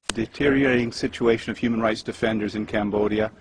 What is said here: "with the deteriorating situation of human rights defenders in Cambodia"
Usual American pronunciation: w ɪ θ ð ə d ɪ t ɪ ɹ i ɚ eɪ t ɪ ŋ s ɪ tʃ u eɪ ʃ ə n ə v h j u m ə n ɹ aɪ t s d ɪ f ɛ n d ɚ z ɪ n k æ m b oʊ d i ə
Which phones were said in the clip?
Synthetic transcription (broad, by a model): d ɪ t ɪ ɹ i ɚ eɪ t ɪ ŋ s ɪ tʃ u eɪ ʃ ə n ə v h j u m ə n ɹ aɪ t s d ɪ f ɛ n d ɚ z ɪ n k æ m b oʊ d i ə